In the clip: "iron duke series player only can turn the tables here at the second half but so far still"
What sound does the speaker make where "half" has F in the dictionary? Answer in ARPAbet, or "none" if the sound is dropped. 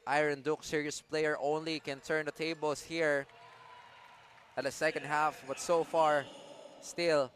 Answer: F